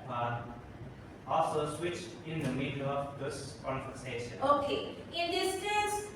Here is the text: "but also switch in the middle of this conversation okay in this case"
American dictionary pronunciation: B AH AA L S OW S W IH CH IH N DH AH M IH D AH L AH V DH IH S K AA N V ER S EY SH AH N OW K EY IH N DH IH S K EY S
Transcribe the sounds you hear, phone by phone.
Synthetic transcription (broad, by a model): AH AA L S OW S W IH CH IH N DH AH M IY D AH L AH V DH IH S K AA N F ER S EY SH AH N OW K EY IH N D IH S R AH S